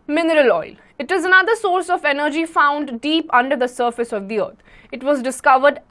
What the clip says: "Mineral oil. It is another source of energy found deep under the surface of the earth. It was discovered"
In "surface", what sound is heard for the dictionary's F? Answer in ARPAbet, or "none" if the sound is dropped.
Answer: F